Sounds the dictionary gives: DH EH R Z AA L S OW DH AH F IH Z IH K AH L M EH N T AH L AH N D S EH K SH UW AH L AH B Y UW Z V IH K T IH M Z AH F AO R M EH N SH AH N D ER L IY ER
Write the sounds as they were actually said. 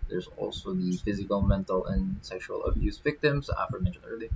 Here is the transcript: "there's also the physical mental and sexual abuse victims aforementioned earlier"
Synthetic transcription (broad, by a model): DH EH R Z AA L S OW DH AH F IH Z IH K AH L M EH N T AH L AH N S EH K SH UW AH L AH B Y UW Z V IH K T IH M Z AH F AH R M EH N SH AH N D ER L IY